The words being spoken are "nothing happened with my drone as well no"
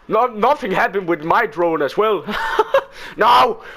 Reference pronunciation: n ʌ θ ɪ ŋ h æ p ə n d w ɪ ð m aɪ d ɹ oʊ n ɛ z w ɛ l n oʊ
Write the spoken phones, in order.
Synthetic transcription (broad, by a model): n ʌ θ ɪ ŋ h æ b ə n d w ɪ ð m aɪ d ɹ oʊ n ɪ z w ɛ l n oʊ